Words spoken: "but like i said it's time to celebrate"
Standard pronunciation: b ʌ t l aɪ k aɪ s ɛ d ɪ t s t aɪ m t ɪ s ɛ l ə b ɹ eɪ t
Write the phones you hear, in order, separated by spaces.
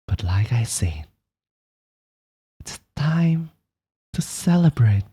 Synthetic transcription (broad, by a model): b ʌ t l aɪ k aɪ s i ɪ t s t aɪ m t ɪ s ɛ l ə b ɹ eɪ t